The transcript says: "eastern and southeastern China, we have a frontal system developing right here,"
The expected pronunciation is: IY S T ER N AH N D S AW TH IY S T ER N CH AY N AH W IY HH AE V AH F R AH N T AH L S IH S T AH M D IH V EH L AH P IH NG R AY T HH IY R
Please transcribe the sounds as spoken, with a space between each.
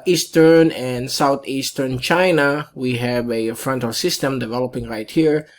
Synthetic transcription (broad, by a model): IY S T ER N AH N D S AW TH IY S T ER N CH AY N AH W IY HH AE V AH F R AH N T AH L S IH S T AH M D IH V EH L AH P IH NG R AY T HH IY R